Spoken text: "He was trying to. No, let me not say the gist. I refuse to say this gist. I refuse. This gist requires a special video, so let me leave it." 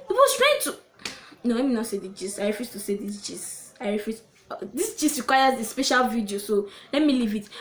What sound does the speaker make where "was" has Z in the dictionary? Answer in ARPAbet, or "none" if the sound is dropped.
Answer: S